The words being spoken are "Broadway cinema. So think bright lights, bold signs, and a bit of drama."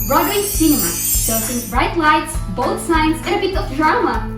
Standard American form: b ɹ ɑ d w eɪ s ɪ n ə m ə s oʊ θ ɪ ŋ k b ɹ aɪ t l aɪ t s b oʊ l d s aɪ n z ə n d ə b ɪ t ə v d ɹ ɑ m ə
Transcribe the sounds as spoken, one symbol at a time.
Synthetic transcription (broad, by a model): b ɹ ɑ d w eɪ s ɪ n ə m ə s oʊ s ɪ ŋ b ɹ aɪ t l aɪ t s b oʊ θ s aɪ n s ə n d ə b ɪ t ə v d ɹ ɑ m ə